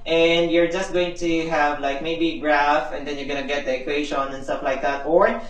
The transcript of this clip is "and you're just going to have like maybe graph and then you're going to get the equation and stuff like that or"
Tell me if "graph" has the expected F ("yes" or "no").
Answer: yes